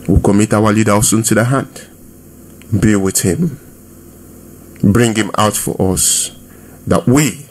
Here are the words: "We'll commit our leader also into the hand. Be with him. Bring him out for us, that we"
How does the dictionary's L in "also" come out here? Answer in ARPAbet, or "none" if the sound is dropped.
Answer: none